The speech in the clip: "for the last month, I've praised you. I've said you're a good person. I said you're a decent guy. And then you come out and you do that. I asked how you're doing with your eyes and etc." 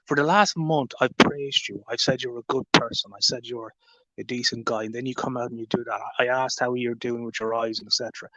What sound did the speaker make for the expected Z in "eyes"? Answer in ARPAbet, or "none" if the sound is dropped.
Z